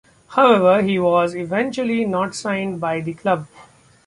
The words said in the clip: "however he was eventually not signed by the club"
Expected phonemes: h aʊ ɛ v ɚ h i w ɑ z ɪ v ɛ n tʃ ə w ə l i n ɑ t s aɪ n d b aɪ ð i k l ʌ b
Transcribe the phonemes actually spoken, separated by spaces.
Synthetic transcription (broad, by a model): h aʊ ɛ v ɚ h i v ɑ z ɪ v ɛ n tʃ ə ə l i n ɑ t s aɪ n d b aɪ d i k l ʌ b